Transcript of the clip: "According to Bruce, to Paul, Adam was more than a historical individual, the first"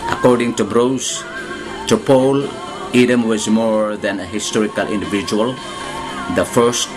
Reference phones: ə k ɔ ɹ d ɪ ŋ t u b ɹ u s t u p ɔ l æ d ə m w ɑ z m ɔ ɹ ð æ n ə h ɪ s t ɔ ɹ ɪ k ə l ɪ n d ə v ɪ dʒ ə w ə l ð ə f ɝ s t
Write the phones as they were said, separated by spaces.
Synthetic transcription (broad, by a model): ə k ɔ ɹ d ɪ ŋ t u b ɹ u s t u p ɔ l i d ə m w ɑ z m ɔ ɹ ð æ n ə h ɪ s t ɔ ɹ ɪ k ə l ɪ n d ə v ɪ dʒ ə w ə l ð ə f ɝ s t